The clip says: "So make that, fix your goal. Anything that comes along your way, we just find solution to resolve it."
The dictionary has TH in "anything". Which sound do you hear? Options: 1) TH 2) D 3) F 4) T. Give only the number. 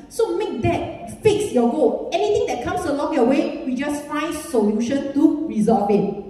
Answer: 4